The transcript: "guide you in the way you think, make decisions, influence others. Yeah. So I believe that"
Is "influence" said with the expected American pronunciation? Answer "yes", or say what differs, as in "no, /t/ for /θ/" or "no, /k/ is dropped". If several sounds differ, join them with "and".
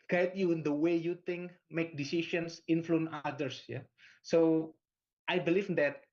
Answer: no, /s/ is dropped